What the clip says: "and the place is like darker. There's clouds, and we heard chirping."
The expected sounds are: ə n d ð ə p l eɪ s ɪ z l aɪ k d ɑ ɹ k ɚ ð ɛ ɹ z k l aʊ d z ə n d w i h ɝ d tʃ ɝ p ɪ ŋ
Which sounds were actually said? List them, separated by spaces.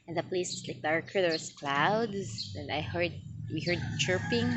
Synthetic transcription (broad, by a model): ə n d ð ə p l eɪ s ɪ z l aɪ k d ɑ ɹ k ɚ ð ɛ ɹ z k l aʊ d s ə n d w i h ɝ d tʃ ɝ p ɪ ŋ